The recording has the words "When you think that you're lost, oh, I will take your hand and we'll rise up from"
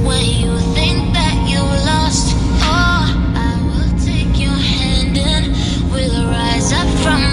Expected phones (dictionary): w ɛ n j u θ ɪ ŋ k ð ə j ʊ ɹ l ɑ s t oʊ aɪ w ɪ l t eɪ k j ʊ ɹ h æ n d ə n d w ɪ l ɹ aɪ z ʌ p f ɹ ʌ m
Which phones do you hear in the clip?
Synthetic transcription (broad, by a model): w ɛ n j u θ ɪ ŋ k ð ə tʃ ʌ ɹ l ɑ s t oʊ aɪ w ɪ l t eɪ k j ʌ ɹ h æ n d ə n w ɪ l ɹ aɪ z ʌ p f ɹ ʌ m